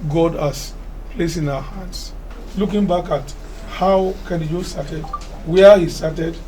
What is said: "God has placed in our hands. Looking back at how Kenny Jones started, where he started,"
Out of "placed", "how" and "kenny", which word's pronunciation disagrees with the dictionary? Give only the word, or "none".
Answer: placed